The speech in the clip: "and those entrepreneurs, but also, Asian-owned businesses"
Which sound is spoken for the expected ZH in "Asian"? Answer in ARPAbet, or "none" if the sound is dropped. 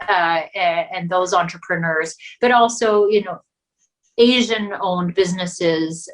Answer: ZH